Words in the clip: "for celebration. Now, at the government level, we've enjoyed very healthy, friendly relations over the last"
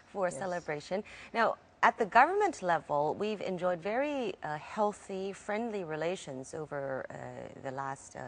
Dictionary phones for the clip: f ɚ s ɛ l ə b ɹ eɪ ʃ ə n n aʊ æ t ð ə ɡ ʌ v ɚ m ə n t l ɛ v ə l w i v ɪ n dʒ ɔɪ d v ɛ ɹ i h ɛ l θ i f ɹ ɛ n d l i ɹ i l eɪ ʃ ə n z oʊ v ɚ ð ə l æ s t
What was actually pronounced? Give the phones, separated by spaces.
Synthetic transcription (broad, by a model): f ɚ s ɛ l ə b ɹ eɪ ʃ ə n n aʊ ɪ t ð ə ɡ ʌ v ɚ m ə n t l ɛ v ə l w i v ɪ n dʒ ɔɪ d v ɛ ɹ i h ɛ l θ i f ɹ ɛ n d l i ɹ i l eɪ ʃ ə n z oʊ v ɚ ð ə l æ s t